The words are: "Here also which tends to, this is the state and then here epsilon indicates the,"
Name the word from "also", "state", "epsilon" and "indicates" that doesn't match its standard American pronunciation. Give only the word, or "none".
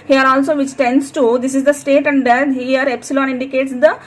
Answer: none